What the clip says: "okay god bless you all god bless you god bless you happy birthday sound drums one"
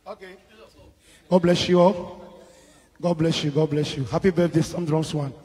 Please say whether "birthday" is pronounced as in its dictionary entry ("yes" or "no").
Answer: no